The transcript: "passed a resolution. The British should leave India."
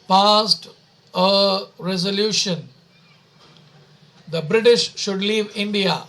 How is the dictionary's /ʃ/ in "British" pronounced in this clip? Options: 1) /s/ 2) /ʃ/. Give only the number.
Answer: 2